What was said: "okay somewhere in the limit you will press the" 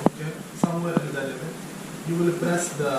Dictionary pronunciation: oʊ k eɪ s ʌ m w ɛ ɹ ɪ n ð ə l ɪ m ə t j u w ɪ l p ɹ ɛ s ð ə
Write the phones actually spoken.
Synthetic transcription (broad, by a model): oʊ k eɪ s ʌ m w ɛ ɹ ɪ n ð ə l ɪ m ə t j u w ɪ l b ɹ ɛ s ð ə